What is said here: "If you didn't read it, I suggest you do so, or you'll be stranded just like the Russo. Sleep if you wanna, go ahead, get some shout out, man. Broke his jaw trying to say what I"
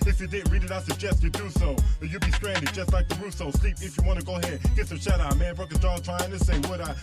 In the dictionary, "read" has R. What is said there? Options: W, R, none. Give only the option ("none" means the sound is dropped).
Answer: R